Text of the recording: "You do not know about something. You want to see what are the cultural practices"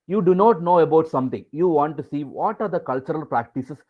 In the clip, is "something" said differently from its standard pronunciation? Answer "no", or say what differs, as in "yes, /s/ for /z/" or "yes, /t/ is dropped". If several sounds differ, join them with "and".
yes, /t/ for /θ/